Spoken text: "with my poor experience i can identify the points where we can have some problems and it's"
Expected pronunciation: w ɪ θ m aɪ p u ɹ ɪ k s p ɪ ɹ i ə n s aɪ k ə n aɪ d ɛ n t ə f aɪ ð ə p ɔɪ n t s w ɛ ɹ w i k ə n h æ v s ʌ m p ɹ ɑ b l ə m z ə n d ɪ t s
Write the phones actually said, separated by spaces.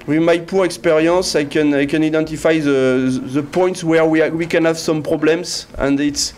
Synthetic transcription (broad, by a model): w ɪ m aɪ p u ɹ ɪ k s p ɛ ɹ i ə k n aɪ k ə n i d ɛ n t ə f aɪ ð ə p ɔɪ n t s w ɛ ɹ w i k ə n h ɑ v s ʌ m p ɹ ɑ b l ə m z ə n d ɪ t s